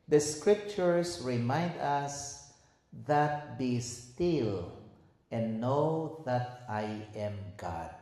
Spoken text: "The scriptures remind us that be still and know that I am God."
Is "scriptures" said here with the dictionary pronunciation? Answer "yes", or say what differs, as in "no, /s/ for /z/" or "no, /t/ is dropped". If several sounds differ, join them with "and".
no, /s/ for /z/